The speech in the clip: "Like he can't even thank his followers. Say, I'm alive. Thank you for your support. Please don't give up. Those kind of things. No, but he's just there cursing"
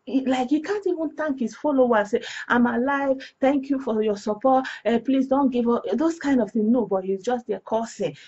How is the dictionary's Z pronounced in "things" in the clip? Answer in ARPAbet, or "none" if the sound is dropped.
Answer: none